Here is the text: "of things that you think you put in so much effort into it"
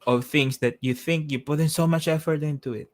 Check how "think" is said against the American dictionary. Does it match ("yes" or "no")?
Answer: yes